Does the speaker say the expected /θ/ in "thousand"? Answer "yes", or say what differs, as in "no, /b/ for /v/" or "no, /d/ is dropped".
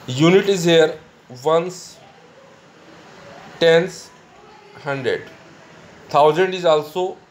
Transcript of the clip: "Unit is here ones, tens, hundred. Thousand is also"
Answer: no, /t/ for /θ/